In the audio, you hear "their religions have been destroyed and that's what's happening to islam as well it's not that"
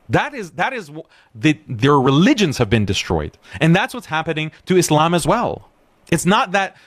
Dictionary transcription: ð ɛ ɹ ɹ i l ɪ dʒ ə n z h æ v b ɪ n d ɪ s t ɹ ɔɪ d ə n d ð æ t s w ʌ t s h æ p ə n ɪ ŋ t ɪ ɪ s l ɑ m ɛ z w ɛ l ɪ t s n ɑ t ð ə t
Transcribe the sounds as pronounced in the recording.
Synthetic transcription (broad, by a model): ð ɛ ɹ ɹ i l ɪ dʒ ə n z h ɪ v b ɪ n d ɪ s t ɹ ɔɪ d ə n ð æ t s w ʌ t s h æ p ə n ɪ ŋ t ɪ ɪ s l ɑ m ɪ z w ɛ l ɪ t s n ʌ t ð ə t